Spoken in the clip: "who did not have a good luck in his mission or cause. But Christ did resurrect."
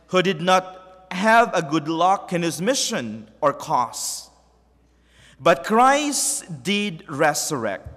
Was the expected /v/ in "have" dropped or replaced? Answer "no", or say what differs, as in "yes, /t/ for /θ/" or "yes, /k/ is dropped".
no